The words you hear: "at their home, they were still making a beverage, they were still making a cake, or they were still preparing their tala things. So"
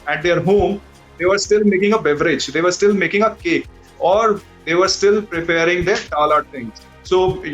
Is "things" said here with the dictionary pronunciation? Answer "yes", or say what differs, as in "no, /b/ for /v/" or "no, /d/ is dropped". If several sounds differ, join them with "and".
no, /t/ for /θ/